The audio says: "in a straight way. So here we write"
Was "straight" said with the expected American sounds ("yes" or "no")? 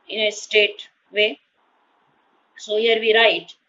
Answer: no